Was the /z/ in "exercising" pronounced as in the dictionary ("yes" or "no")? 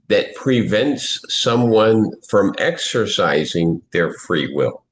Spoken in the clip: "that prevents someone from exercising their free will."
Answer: yes